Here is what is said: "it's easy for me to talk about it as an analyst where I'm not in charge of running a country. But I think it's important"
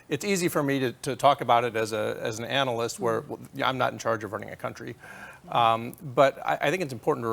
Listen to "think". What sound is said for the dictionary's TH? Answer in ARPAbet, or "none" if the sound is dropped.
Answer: TH